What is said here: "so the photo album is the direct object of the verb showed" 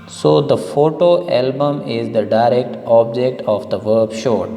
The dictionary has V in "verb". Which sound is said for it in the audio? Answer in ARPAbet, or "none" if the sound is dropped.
V